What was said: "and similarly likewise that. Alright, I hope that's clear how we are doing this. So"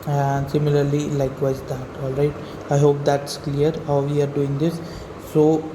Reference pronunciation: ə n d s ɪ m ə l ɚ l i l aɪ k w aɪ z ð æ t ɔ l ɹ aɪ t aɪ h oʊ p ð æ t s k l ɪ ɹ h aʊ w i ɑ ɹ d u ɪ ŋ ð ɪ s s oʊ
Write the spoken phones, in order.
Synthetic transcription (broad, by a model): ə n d s ɪ m ə l ɚ l i l aɪ k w aɪ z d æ t ɔ l ɹ aɪ t aɪ h oʊ p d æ t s k l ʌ ɹ h aʊ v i ɑ ɹ d u ɪ ŋ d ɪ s s oʊ